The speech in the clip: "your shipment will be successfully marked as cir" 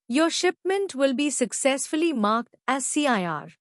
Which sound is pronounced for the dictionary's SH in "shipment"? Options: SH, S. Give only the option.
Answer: SH